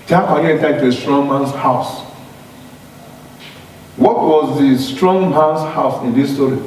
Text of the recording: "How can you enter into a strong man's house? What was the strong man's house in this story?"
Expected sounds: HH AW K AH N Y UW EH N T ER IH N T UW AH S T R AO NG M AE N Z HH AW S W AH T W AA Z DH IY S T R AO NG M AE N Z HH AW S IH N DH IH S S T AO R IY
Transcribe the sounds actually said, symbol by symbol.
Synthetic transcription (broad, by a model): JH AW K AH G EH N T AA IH T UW AH S T R AO NG M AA N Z HH AW S W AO T W AA Z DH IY S T R AO NG M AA N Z HH AW S IH N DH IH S S T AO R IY